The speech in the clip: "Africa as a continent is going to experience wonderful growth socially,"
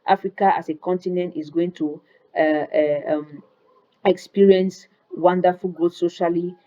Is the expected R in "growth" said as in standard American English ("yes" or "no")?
no